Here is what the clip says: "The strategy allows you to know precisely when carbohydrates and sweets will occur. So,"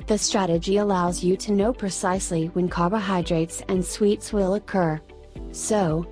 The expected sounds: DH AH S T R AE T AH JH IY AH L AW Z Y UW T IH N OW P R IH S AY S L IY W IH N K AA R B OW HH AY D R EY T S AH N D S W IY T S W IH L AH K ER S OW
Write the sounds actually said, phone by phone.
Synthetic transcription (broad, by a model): DH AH S T R AE T AH JH IY AH L AW Z Y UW T IH N OW P R IH S AY S L IY W IH N K AA R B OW HH AY D R EY T S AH N S W IY T S W IH L AH K ER S OW